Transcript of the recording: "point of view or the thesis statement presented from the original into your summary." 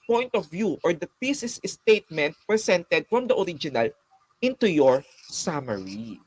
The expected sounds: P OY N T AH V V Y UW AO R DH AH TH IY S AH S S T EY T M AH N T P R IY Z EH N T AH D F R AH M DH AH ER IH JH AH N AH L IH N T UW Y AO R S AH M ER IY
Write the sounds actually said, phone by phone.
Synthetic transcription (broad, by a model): P OY N T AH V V Y UW AO R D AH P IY S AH S S T EY T M AH N T P R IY S EH N T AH D F R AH M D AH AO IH JH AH N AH L IH N T UW Y AO R S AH M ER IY